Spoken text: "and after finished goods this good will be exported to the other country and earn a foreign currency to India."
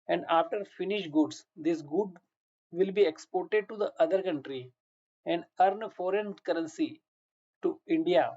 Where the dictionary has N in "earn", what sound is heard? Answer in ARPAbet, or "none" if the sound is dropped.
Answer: N